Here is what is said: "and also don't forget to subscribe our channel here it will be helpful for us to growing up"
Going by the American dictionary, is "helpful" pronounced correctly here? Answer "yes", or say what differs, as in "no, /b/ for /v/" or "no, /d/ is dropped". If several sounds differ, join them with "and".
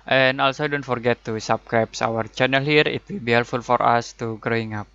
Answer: no, /p/ is dropped